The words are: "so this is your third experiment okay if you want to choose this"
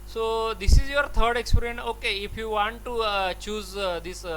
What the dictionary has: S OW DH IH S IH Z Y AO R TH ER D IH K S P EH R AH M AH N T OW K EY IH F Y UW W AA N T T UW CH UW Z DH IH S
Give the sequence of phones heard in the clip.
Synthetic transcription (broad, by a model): S OW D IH S IH Z Y AO R T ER D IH K S P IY R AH AH N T OW K EY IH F Y UW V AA N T T UW CH UW Z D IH S